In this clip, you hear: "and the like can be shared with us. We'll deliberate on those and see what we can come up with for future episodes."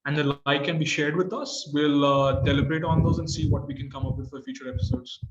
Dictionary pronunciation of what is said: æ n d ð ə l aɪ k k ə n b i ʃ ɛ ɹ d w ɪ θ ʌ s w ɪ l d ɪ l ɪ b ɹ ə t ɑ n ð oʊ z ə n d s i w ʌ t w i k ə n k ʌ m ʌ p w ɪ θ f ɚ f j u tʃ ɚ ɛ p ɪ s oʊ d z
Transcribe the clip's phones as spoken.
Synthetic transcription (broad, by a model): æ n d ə l aɪ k k ə n b i ʃ ɛ ɹ d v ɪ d ʌ s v ɪ l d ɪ l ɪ b ɹ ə t ɑ n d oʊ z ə n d s i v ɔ t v i k ə n k ʌ m ʌ p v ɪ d f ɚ f j u tʃ ɚ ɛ p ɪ s oʊ d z